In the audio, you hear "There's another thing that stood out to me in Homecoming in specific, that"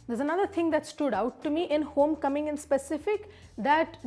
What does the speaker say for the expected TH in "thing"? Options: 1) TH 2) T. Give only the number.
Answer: 2